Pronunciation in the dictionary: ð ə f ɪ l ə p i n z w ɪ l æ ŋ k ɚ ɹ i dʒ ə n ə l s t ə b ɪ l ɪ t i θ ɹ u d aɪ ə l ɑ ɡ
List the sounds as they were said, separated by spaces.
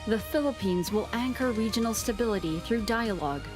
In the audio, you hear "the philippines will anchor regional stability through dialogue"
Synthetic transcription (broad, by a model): ð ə f ɪ l ə p i n z w ɪ l æ ŋ k ɚ ɹ i dʒ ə n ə l s t ə b ɪ l ɪ t i θ ɹ u d aɪ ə l ɑ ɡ